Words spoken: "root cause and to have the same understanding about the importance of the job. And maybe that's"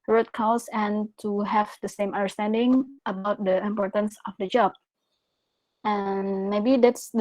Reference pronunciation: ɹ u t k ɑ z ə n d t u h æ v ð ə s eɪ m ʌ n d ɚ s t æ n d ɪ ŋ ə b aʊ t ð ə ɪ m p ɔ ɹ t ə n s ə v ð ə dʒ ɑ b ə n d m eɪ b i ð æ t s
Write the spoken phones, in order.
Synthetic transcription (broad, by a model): ɹ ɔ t k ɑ s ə n t u h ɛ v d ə s eɪ m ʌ n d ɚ s t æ n d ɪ ŋ ə b aʊ t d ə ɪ m p ɔ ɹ t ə n s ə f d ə dʒ ɑ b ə n m eɪ b i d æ t s